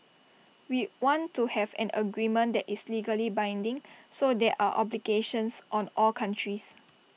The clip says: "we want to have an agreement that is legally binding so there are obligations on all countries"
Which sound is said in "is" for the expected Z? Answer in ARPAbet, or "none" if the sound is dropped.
S